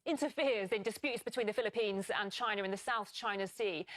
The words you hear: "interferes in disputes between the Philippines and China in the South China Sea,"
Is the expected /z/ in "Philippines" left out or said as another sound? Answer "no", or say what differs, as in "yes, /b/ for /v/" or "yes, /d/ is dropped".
no